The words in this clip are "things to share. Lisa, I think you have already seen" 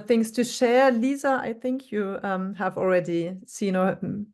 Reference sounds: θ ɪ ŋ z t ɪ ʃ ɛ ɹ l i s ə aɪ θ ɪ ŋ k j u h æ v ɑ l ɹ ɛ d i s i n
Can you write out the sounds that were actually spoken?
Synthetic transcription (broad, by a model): θ ɪ ŋ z t ɪ ʃ ɛ ɹ l i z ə aɪ θ ɪ ŋ k j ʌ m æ v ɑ l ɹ ɛ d i s i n